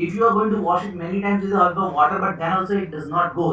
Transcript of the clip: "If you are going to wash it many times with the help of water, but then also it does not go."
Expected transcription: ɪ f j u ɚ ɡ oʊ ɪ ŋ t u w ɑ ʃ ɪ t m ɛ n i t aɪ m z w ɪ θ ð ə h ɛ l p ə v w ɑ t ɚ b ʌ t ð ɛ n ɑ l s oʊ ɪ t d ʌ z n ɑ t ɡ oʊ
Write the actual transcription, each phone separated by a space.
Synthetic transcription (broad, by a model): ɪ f j u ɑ ɡ oʊ ɪ ŋ t u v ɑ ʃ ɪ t m ɛ n i t aɪ m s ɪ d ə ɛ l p ə v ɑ t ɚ b ʌ t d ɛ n ɑ l s oʊ ɪ t d ʌ z n ɑ t ɡ oʊ